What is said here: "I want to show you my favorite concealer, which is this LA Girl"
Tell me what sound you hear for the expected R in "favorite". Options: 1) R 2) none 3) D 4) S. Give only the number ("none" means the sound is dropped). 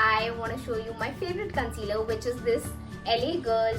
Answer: 1